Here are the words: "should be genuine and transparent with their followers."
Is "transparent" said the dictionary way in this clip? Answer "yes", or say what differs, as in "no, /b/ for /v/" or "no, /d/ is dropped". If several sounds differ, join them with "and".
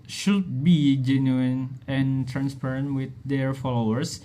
yes